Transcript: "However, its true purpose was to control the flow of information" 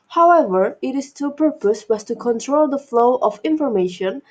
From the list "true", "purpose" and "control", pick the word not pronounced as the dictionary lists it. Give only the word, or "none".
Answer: true